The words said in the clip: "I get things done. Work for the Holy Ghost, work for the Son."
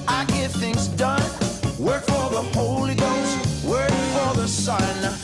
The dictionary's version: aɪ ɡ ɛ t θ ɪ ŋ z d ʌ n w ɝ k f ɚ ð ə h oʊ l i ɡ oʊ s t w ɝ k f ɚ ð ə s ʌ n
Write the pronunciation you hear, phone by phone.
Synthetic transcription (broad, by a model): aɪ ɡ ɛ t θ ɪ ŋ z d ʌ n w ɝ k f ɚ ð ə h oʊ l i ɡ oʊ s t w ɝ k f ɚ ð ə s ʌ n